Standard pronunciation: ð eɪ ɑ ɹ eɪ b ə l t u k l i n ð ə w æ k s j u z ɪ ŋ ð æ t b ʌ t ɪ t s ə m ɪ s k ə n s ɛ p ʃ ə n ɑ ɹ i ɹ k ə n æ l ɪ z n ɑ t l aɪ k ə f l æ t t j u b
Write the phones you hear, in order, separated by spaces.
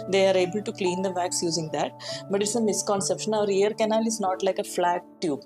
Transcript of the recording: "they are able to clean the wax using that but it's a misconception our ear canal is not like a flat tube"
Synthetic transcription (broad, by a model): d eɪ ɑ ɹ eɪ b ə l t u k l i n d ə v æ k s j u z ɪ ŋ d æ t b ʌ t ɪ t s ə m ɪ s k ə n s ɛ p ʃ ə n ɑ ɹ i ɹ k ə n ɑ l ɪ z n ɑ t l aɪ k ə f l æ t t j u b